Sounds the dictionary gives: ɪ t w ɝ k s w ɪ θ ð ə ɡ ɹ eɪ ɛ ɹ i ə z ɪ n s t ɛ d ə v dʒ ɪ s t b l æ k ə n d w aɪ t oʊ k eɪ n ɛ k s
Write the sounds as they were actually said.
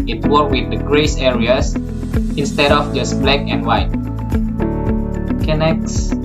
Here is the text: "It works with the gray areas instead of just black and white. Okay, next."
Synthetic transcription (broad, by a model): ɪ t w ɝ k w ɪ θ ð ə ɡ ɹ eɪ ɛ ɹ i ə s ɪ n s t ɛ d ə f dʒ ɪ s b l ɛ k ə n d w aɪ t k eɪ n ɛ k s